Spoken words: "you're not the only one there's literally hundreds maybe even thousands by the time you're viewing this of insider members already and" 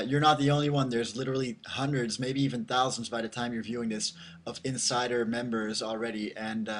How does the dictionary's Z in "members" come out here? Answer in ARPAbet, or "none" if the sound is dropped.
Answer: Z